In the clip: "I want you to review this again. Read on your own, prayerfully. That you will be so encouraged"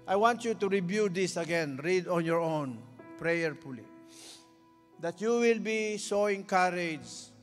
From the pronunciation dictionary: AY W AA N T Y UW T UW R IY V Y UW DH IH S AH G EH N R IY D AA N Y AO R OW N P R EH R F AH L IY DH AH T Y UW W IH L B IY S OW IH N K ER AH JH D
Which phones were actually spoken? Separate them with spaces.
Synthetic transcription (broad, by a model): AY W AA N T Y UW T UW R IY B Y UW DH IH S AH G EH N R IY D AA N Y AO R OW N P R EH R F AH L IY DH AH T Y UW W IH L B IY S OW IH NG K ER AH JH